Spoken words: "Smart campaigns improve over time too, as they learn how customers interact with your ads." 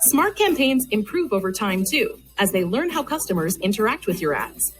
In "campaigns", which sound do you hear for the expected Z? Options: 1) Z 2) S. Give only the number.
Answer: 1